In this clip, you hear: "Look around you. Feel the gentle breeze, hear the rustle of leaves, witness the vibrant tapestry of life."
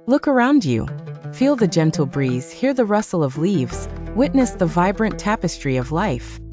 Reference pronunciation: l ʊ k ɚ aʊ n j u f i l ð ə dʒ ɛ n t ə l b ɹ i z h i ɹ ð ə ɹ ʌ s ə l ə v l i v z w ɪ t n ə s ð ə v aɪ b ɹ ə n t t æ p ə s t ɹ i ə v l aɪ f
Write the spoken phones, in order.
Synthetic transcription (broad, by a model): l ʊ k ɚ aʊ n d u f i l ð ə dʒ ɛ n t l b ɹ i z h i ɹ ð ə ɹ ʌ s l ə v l i v z w ɪ t n ə s ð ə v aɪ b ɹ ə n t t æ p ə s t ɹ i ə v l aɪ f